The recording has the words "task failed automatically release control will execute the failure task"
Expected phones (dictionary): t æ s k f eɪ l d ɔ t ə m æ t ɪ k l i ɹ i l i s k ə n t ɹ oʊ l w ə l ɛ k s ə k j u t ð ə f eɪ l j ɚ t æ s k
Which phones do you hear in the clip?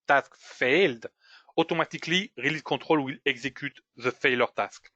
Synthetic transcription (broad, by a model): t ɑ s k f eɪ l d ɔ t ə m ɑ t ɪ k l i ɹ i l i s k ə t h oʊ l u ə l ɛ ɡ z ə k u t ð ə f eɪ l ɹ t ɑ s k